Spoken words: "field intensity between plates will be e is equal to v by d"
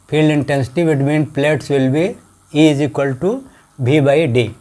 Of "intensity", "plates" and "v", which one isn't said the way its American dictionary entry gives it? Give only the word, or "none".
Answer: v